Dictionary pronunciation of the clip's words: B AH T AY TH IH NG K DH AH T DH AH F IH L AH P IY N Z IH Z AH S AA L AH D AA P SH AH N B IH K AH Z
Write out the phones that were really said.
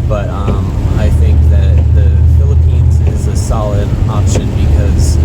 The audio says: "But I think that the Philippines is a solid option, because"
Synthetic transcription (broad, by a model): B AH T AY TH IH NG K DH AH T DH AH F IH L AH P IY N Z IH Z AH S AA L AH D AA P SH AH N B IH K AH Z